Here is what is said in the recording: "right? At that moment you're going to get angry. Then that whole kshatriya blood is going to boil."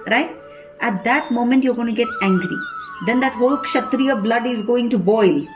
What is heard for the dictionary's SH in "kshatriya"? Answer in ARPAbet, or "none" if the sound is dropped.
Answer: SH